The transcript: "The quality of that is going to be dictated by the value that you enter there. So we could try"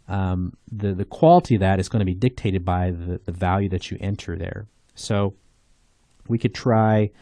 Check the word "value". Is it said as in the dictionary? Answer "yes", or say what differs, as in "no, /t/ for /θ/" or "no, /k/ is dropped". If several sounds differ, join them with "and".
yes